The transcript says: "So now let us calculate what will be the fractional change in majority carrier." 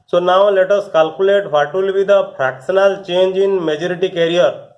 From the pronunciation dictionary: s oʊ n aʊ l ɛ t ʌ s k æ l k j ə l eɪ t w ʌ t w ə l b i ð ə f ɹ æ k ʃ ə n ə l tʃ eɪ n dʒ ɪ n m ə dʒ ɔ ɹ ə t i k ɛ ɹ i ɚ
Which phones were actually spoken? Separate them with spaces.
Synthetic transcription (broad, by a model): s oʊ n aʊ l ɛ t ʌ s k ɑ l k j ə l eɪ t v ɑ t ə l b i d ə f ɹ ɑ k s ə n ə l tʃ eɪ n dʒ ɪ n m ə dʒ ɔ ɹ ə t i k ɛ ɹ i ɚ